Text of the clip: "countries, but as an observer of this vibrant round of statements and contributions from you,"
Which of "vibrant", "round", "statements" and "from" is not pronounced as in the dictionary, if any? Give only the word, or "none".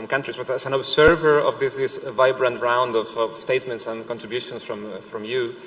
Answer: none